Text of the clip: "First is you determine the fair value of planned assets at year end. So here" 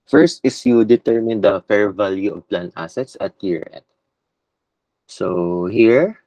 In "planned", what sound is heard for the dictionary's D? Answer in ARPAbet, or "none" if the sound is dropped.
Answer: none